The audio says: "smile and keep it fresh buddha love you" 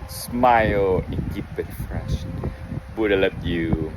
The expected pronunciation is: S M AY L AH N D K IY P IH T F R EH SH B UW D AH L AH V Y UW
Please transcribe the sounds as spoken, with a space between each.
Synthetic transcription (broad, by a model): S M AY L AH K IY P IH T F R EH SH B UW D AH L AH B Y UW